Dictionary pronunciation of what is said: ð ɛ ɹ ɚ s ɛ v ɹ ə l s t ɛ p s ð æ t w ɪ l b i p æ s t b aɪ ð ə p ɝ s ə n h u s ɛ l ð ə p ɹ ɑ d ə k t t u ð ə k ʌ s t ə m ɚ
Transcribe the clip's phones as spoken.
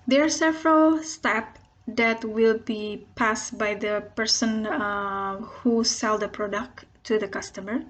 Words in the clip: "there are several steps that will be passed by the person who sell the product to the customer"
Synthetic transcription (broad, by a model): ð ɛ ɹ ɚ s ɛ v ɹ ə l s t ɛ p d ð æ t w ɪ l b i p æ s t b aɪ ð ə p ɝ s ə n h u s ɛ l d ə p ɹ ɑ d ə k t t u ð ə k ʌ s t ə m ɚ